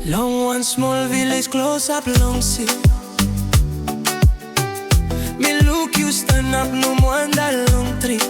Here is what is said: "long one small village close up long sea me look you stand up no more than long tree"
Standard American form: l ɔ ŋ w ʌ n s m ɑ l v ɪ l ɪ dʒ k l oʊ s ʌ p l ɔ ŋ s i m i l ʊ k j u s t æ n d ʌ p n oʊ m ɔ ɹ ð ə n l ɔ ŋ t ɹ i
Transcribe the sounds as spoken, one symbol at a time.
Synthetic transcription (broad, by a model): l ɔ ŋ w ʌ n s m ɑ l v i l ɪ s k l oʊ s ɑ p l ɔ ŋ s i m i l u k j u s t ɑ n ʌ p n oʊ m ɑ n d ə l ɔ ŋ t ɹ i